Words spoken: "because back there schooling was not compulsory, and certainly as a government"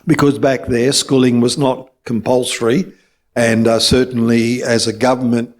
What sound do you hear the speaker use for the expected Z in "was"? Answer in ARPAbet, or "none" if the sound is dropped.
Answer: Z